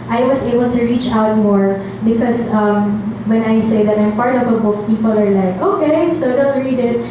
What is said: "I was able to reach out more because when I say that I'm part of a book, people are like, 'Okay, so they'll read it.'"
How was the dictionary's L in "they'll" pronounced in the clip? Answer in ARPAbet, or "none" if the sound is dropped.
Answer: N